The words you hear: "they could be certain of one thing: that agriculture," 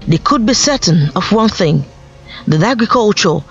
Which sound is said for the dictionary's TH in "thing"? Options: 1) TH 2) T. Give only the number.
1